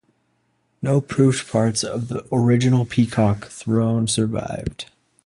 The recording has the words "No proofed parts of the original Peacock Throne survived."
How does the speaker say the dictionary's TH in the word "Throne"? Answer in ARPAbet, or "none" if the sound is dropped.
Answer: TH